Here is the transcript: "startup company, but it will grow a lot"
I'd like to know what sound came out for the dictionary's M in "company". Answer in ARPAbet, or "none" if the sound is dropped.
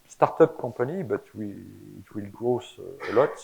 none